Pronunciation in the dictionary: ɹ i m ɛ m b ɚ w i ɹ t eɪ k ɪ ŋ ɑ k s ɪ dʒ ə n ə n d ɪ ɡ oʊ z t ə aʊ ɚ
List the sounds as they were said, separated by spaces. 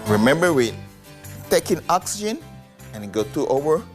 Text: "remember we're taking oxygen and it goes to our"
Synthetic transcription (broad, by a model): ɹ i m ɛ m b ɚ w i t t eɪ k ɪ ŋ ɑ k s ɪ dʒ ə n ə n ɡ ɪ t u t ə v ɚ